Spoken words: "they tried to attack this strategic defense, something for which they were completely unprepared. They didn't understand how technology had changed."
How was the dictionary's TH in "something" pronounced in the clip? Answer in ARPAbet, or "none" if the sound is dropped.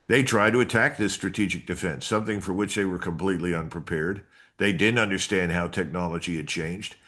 TH